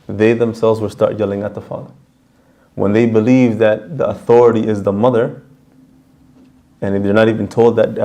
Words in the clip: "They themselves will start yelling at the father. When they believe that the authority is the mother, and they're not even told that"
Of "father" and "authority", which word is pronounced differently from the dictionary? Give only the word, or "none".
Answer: none